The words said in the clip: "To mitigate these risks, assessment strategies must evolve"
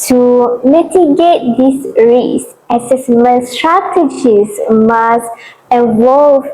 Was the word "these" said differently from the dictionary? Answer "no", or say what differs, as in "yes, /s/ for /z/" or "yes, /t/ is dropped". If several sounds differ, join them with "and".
yes, /s/ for /z/